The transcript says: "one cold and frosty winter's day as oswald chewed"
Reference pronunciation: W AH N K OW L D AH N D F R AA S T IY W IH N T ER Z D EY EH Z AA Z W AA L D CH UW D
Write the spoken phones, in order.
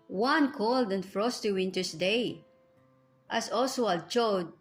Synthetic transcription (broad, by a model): W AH N K OW L D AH N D F R AA S T IY W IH N T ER S D EY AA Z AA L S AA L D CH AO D